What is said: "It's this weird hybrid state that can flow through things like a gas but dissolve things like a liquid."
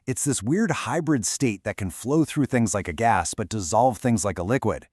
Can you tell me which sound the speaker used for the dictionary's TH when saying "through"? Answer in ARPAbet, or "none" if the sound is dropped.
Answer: TH